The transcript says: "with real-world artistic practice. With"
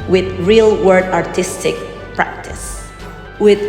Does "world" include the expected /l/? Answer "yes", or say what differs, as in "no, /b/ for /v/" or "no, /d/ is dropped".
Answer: no, /l/ is dropped